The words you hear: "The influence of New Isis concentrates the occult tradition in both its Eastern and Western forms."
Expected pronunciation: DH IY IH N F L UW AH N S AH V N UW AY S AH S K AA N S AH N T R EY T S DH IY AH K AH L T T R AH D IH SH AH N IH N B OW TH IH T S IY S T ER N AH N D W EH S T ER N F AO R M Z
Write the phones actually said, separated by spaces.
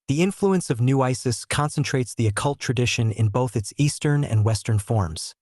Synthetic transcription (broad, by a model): DH IY IH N F L UW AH N S AH V N UW AY S AH S K AA N S AH N T R EY T S DH IY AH K AH L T T R AH D IH SH AH N IH N B OW TH IH T S IY S T ER N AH N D W EH S T ER N F AO R M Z